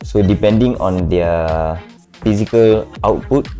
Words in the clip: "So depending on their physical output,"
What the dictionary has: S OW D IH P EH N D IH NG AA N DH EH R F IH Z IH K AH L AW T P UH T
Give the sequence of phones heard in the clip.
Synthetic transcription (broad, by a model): S OW D IH P EH N D IH NG AA N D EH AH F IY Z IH K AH L AW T P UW T